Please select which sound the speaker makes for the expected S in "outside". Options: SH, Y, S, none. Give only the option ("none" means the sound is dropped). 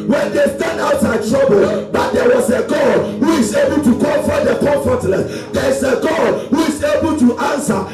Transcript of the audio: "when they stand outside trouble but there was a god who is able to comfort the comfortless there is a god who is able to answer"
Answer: none